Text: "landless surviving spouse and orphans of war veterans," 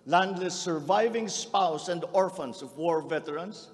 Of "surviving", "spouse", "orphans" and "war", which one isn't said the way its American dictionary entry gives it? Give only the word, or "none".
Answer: orphans